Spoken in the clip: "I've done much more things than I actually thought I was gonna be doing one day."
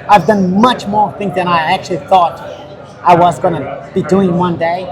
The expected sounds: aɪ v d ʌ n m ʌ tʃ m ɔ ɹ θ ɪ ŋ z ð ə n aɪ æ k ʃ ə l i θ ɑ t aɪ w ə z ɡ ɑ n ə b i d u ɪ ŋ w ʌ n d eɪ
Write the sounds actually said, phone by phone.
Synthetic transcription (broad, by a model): aɪ v d ʌ n m ʌ tʃ m ɔ ɹ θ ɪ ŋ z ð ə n aɪ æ k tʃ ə l i θ ɑ t aɪ w ə z ɡ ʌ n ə b i d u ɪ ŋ w ʌ n d eɪ